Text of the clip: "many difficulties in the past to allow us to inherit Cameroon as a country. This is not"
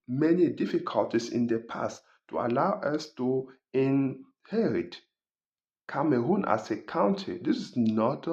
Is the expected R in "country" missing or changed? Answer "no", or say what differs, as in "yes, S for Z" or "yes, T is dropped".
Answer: yes, R is dropped